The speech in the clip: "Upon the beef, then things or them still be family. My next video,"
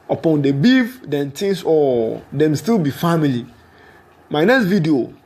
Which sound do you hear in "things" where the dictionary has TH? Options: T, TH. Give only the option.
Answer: T